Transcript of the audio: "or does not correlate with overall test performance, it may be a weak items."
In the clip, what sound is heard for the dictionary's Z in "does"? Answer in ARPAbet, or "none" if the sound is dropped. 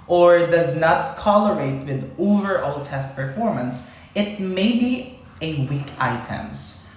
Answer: Z